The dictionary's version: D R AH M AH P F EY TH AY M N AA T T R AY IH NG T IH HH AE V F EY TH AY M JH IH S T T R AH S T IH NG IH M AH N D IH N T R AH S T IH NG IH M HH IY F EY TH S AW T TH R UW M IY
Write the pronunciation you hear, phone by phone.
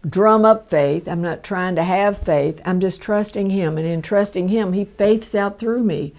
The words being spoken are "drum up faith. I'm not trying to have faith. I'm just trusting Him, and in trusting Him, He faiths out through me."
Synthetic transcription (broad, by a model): D R AH M AH P F EY TH AY M N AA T T R AY IH NG T IH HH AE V F EY TH AY M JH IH S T T R AH S T IH NG IH M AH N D IH N T R AH S T IH NG IH M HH IY F EY TH S AW T TH R UW M IY